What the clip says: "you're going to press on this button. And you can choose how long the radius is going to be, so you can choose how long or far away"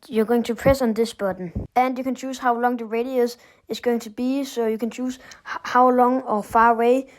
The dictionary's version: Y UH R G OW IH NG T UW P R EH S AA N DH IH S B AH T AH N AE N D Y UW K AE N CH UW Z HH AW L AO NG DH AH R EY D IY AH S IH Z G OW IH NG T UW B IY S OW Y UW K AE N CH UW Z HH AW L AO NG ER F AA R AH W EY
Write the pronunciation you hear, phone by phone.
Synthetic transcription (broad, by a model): Y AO G OW IH NG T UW P R EH S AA N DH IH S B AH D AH N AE N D Y UW K AE N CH UW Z HH AW L AO NG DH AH R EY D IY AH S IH S G OW IH NG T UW B IY S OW Y UW K AE N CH UW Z HH AW L AO NG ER F AA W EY